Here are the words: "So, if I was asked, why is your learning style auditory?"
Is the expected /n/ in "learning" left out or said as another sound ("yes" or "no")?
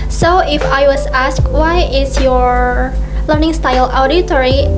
no